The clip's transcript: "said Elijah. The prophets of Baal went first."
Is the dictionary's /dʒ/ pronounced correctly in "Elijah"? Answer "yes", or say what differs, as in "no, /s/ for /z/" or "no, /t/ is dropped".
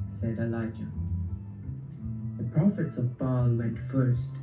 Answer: yes